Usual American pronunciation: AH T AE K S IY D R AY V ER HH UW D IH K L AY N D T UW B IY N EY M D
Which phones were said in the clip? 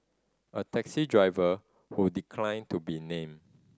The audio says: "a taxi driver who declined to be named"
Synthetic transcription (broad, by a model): AH T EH K S IY D R AY V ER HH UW D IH K L AY N T UW B IY N EY M